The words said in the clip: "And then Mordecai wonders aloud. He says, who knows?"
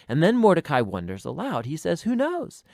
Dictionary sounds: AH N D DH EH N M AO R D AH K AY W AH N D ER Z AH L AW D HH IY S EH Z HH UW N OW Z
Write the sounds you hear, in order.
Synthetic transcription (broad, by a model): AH N DH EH N M AO R D AH K AY W AH N D ER Z AH L AW D HH IY S EH Z HH UW N OW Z